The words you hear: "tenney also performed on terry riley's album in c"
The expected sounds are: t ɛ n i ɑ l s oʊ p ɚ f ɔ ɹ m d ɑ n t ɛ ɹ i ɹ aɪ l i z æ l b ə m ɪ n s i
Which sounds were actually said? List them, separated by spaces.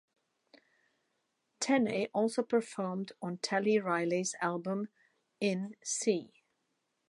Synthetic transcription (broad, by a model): t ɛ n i ɑ l s oʊ p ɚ f ɔ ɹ m d n t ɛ l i ɹ aɪ l i z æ l b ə m ɪ n s i